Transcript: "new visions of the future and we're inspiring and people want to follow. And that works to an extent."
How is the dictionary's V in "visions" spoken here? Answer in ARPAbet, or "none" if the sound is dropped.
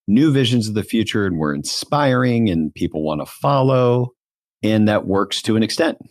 V